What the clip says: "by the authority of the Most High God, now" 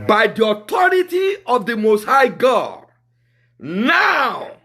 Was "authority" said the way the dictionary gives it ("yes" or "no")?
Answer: no